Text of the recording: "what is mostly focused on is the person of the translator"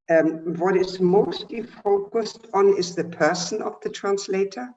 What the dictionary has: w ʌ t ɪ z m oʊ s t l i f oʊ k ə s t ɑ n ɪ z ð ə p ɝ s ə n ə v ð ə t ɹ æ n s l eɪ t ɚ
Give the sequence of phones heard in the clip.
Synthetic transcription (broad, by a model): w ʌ t ɪ z m oʊ s t l i f oʊ k ə s t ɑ n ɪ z ð ə p ɝ s ə n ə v ð ə t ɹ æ n s l eɪ t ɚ